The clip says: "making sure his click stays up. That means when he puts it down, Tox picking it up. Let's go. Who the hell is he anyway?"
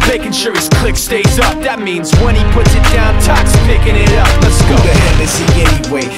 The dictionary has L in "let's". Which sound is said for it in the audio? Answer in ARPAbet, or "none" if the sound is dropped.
N